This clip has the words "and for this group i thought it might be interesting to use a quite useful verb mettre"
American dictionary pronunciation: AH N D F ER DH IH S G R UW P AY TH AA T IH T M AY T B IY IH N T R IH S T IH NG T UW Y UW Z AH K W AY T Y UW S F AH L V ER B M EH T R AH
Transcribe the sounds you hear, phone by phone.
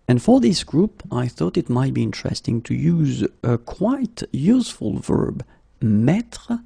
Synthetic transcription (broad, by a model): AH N F ER DH IH S G R UW P AY TH AA T IH T M AY T B IY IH N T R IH S T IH NG T UW Y UW Z AH K W AY T Y UW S F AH L V ER B M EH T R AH